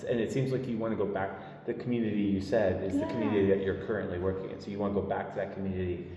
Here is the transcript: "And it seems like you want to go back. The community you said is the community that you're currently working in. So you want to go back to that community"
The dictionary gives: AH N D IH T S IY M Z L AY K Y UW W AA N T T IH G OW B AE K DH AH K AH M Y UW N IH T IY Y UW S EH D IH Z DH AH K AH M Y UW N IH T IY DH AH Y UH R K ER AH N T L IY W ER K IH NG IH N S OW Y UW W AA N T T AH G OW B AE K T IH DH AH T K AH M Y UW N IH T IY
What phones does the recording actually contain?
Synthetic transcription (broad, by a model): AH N IH T S IY M Z L AY K Y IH W AA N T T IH G OW B AE K DH AH K M Y UW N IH T IY Y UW S EH D IH Z DH AH K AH M Y UW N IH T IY DH AH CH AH R K ER AH N T L IY W ER K IH NG IH N S OW Y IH W AA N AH G OW B AE K T IH DH AH T K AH M Y UW N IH T IY